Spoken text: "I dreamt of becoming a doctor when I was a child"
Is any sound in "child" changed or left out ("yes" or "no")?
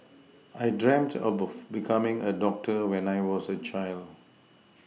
no